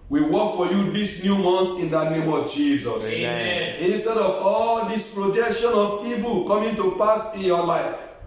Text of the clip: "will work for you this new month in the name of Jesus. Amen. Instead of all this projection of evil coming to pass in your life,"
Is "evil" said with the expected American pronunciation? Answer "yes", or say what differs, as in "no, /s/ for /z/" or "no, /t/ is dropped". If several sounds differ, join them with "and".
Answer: no, /p/ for /v/